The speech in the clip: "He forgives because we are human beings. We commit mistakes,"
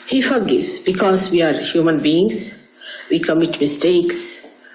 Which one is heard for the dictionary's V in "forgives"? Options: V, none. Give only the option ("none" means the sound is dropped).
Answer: none